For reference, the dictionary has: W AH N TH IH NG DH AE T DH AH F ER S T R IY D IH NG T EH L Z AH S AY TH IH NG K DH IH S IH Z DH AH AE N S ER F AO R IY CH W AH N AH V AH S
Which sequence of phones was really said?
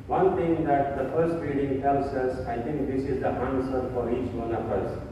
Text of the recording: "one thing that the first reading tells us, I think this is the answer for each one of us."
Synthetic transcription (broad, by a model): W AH N T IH NG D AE T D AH F ER S T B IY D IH NG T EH L S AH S AY T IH NG K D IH S IH Z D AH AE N S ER F AO R IY CH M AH N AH F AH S